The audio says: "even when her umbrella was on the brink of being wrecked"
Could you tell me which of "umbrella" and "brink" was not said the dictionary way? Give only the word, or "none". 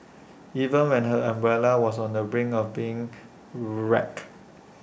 brink